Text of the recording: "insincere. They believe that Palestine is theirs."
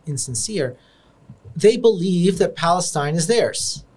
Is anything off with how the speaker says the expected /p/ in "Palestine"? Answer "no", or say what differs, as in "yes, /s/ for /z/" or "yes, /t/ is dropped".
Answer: no